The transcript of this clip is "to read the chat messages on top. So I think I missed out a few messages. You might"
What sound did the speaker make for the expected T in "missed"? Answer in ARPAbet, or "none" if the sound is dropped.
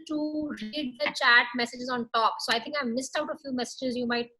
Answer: T